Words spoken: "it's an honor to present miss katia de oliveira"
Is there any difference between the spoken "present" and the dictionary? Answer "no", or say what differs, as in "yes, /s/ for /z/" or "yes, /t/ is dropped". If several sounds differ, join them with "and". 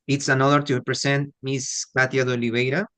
yes, /s/ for /z/